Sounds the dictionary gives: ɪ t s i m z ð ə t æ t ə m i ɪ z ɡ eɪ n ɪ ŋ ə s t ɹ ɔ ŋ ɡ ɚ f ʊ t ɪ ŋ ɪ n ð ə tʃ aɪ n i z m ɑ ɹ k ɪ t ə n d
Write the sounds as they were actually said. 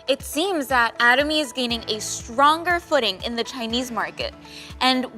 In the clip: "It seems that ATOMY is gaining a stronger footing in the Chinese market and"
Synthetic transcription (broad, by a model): ɪ t s i m z ð ə t æ t ə m i ɪ z ɡ eɪ n ɪ ŋ ə s t ɹ ɔ ŋ ɡ ɚ f ʊ t ɪ ŋ ɪ n ð ə tʃ aɪ n i z m ɑ ɹ k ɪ t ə n